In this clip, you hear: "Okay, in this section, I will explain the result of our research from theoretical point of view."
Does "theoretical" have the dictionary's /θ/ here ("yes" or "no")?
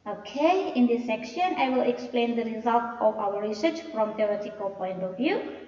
no